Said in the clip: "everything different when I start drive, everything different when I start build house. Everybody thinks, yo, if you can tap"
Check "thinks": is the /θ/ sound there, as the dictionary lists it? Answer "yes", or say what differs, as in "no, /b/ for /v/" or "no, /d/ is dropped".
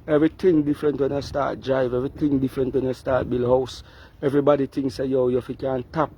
no, /t/ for /θ/